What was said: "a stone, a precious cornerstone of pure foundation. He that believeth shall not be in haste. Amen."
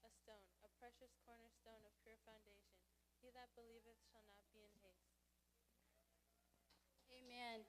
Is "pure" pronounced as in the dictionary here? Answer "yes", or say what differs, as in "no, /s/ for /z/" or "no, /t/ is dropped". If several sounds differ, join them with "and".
yes